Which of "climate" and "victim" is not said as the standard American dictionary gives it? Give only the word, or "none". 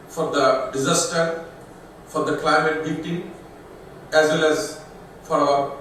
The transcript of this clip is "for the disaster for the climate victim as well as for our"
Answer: victim